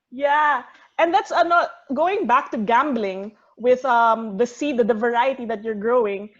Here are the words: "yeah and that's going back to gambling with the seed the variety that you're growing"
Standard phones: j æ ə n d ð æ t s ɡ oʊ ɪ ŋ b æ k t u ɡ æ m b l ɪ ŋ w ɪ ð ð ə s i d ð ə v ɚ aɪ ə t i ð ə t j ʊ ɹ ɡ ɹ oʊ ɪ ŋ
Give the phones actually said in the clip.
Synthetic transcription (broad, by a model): j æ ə n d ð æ t s ɡ oʊ ɪ ŋ b æ k t u ɡ æ m b l ɪ ŋ w ɪ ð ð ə s i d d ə v ɚ aɪ ə t i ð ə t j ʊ ɹ ɡ ɹ oʊ ɪ ŋ